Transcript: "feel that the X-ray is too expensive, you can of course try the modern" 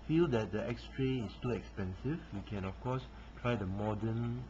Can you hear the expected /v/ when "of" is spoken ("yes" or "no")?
no